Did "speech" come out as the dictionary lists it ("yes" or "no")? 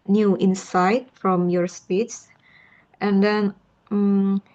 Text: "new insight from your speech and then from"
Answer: no